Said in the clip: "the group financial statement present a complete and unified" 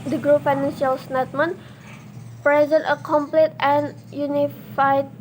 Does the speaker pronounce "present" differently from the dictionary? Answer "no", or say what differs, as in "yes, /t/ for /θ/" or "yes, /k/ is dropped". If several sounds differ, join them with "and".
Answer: no